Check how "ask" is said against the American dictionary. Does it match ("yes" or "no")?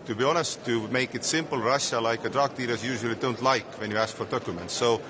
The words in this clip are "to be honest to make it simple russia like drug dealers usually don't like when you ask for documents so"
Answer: yes